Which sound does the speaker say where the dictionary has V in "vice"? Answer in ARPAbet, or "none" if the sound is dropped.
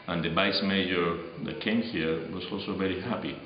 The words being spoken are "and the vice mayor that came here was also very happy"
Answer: B